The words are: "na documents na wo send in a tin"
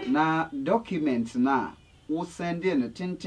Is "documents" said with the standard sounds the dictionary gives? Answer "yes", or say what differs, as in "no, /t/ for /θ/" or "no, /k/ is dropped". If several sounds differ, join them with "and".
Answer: no, /s/ is dropped